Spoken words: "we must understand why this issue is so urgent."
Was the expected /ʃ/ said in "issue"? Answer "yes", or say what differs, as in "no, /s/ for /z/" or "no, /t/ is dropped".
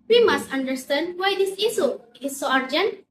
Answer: no, /s/ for /ʃ/